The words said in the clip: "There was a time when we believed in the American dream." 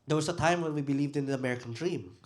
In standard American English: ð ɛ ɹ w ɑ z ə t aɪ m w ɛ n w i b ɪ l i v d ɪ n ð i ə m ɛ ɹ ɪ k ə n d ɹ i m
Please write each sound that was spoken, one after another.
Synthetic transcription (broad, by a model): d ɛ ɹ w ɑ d ə t aɪ m w ɛ n w i b ɪ l i v d ɪ n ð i ə m ɛ ɹ ɪ k ə n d ɹ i m